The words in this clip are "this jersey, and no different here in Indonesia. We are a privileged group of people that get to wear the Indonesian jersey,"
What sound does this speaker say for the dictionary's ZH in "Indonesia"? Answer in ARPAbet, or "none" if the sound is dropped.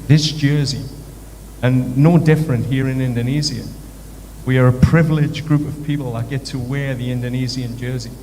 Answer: Z